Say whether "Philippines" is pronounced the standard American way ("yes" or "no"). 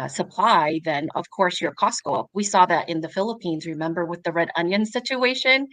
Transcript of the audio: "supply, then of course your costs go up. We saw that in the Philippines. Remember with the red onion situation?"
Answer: yes